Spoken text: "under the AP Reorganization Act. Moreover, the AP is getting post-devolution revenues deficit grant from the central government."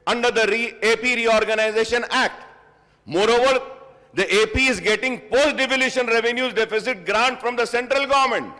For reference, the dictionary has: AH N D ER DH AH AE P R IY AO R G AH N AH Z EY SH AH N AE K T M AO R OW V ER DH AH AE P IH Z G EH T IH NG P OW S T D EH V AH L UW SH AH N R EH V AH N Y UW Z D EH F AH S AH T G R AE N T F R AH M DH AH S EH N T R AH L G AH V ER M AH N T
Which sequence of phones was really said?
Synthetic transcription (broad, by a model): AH N D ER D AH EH P R IY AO R G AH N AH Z EY SH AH N AE K T M AO R OW V ER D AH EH P IH Z G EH T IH NG P OW S T D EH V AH L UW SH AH N R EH V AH N Y UW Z D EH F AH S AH T G R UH N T F R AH M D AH S EH N T R AH L G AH V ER M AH N T